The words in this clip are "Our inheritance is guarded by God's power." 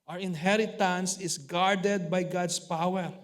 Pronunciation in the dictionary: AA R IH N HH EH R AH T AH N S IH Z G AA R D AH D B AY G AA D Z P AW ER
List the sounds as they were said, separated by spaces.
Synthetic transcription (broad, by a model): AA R IH N HH EH R AH T AH N S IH S G AA R D AH D B AY G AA D S P AW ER